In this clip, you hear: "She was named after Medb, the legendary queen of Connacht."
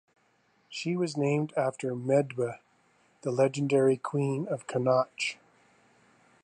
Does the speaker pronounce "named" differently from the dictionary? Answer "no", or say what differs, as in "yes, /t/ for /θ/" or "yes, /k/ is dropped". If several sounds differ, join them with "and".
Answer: no